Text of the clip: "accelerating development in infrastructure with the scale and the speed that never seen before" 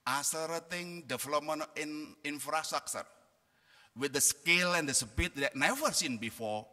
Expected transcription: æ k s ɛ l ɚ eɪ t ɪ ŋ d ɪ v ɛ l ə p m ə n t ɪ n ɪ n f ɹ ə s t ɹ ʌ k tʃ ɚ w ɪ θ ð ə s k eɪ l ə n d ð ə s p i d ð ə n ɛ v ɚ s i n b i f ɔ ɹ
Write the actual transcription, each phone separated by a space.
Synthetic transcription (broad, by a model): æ s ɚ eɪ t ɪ ŋ d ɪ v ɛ l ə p m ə n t ɪ n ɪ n f ɹ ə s t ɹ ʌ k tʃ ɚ w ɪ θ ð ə s k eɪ l ə n d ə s b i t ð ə n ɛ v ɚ s i n b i f ɔ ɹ